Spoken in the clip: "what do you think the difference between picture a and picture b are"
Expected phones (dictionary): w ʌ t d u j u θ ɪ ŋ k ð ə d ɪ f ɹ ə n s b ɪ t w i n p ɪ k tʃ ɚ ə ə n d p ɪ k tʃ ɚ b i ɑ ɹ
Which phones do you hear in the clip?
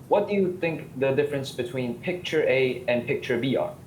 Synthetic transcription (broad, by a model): w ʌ t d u j u θ ɪ ŋ k ð ə d ɪ f ɹ ə n s b ɪ t w i n p ɪ k tʃ ɚ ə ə n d p ɪ k tʃ ɚ b i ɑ ɹ